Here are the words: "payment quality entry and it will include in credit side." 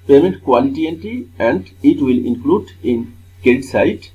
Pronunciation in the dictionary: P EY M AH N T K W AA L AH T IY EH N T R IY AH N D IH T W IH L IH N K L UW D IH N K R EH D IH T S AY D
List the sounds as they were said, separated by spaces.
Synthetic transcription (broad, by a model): P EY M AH N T K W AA L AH T IY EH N T IY AH N D IH T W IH L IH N K L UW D IH N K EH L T S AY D